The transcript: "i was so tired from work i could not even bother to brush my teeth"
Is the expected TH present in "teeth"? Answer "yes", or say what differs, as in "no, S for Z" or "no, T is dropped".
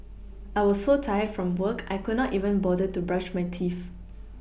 no, F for TH